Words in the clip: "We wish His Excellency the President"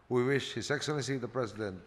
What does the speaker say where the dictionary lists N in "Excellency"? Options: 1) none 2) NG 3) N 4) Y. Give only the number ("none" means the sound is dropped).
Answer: 1